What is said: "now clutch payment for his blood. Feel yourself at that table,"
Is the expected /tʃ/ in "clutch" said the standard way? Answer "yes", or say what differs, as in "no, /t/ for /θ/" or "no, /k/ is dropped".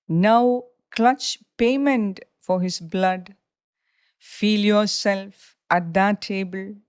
yes